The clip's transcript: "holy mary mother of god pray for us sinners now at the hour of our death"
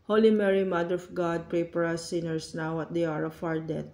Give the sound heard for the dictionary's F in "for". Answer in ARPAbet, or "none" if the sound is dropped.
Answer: P